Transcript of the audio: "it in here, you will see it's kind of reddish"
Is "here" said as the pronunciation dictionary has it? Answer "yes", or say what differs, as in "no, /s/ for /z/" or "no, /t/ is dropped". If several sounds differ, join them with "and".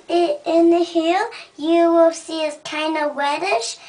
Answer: no, /l/ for /ɹ/